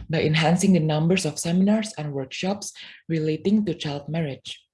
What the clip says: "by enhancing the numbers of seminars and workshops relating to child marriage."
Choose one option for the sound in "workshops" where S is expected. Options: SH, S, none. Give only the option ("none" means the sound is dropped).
S